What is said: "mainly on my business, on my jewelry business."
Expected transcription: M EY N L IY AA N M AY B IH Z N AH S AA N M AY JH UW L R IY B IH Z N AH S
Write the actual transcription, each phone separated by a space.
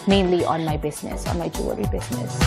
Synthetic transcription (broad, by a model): M EY N L IY AA N M AY B IH Z N AH S AA N M AY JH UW R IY B IH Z N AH S